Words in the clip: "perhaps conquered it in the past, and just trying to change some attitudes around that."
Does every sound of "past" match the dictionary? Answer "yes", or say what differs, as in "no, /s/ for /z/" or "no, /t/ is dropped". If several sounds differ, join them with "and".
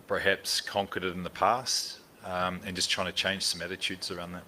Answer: yes